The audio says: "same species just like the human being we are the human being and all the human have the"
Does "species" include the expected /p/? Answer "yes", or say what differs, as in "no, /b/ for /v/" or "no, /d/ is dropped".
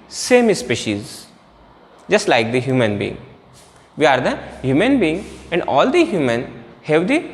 yes